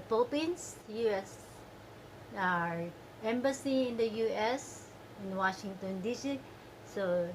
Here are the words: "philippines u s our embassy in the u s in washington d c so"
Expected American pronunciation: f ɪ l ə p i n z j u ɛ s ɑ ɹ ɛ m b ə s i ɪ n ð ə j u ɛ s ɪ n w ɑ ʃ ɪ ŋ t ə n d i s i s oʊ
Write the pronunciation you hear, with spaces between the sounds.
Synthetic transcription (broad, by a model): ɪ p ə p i n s j u ɛ s ɑ ɹ ɛ m b ə s i ɪ n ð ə j u ɛ s ɪ n w ɑ ʃ ɪ ŋ t ə n d i s i s oʊ